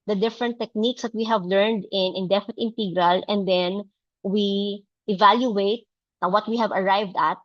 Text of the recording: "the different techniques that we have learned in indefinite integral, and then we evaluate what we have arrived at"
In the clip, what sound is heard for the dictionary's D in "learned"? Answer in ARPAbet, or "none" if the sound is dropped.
D